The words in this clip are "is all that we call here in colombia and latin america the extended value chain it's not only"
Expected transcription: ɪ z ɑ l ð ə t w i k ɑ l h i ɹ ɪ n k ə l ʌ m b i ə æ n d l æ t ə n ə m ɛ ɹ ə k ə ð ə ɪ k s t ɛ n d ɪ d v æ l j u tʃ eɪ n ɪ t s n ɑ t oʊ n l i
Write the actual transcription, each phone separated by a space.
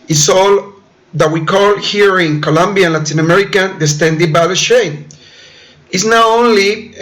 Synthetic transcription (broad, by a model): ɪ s ɑ l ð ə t w i k ɑ l h i ɹ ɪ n k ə l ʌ m b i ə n l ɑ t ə n ə m ɛ ɹ ə k ə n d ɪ s t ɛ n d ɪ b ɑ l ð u ʃ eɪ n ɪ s n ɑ oʊ n l i